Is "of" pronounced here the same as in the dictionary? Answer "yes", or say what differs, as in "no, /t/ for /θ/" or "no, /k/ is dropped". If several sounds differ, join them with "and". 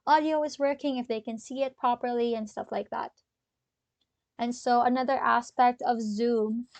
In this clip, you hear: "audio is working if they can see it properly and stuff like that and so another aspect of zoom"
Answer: yes